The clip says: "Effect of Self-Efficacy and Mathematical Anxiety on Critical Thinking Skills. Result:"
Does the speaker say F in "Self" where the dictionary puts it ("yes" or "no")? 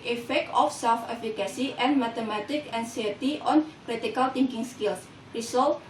yes